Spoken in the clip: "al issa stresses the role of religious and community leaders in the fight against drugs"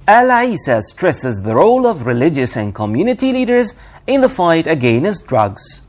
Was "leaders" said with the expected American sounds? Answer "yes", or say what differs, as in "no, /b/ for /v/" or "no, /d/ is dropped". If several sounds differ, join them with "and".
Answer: yes